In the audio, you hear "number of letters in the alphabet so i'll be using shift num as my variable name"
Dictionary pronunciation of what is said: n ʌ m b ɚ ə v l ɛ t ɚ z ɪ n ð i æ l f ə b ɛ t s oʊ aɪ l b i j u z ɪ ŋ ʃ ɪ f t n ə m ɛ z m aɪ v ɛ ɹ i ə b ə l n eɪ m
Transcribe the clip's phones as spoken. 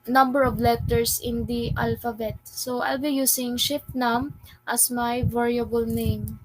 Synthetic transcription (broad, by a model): n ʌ m b ɚ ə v l ɛ t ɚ s ɪ n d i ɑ l f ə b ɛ t s oʊ aɪ l b i j u s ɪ ŋ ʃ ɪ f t n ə m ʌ s m aɪ v ɛ ɹ i ə b ə l n eɪ m